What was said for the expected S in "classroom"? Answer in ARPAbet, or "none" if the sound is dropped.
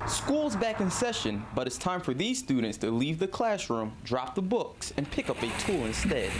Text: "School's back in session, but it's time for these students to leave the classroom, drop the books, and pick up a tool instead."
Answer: S